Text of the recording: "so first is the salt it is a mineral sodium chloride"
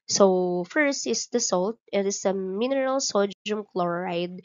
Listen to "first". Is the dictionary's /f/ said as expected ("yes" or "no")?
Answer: yes